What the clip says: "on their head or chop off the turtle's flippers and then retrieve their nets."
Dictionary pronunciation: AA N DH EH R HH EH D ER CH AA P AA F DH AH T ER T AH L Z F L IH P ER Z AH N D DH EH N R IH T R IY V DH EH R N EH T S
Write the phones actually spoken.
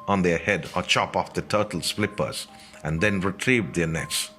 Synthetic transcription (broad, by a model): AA N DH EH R HH EH D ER CH AA P AA F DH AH T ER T L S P L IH P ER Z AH N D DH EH N R IH T R IY V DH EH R N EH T S